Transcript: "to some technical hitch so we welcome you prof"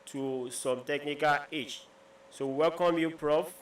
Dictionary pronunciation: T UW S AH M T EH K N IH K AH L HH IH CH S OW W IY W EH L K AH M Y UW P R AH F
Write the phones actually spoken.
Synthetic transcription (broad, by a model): T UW S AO M T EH K N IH K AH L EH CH S OW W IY W EH L K AH M Y UW P R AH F